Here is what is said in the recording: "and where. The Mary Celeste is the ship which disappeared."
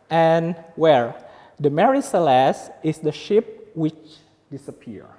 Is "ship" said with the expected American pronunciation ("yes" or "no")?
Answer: yes